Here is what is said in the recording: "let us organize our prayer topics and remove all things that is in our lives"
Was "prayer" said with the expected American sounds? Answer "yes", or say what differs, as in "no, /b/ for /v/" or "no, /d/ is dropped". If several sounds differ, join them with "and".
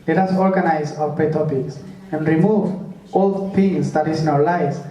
no, /ɹ/ is dropped